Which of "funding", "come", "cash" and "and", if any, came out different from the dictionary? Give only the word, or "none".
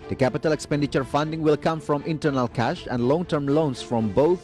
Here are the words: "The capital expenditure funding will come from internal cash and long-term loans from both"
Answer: none